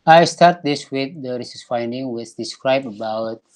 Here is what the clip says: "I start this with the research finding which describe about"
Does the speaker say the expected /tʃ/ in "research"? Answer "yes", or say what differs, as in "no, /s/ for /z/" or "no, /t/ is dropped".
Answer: no, /s/ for /tʃ/